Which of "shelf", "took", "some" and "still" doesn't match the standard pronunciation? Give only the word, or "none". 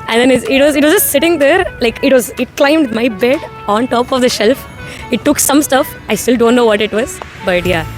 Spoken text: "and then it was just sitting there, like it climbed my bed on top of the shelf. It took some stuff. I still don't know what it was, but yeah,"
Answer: none